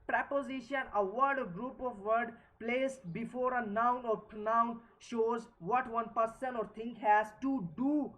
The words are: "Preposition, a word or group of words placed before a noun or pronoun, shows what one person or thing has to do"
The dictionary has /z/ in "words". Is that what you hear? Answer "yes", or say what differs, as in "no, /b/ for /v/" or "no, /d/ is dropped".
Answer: no, /z/ is dropped